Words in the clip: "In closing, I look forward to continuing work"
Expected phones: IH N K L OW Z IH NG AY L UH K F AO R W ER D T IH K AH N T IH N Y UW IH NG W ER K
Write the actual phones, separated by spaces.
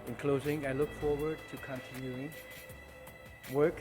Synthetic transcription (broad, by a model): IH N K L OW Z IH NG AY L UH K F AO R W ER D T IH K AH N T IH N Y UW IH NG W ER K